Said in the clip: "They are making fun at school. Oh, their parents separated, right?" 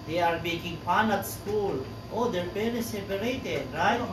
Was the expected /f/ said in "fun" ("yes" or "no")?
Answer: no